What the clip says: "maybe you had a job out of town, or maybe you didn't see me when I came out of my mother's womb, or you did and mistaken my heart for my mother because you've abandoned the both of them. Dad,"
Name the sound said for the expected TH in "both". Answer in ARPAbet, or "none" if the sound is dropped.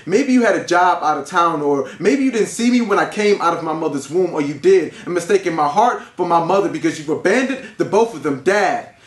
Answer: TH